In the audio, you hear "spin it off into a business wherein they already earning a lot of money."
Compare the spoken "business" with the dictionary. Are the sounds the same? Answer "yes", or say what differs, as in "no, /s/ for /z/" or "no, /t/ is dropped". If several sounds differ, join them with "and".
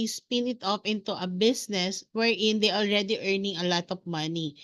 no, /s/ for /z/